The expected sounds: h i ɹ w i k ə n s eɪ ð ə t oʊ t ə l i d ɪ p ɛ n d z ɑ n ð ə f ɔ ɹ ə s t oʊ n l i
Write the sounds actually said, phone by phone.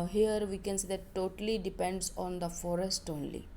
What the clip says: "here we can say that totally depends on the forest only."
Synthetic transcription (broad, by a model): h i ɹ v i k ə n s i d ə t oʊ t ə l i d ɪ p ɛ n d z ɑ n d ə f ɔ ɹ ə s t oʊ n l i